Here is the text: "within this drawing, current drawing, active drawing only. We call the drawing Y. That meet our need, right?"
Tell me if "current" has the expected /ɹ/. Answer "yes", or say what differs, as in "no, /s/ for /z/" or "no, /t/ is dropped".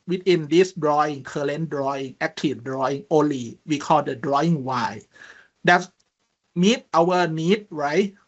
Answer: no, /l/ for /ɹ/